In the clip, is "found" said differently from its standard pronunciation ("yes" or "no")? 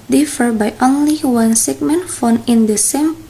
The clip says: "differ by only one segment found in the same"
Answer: yes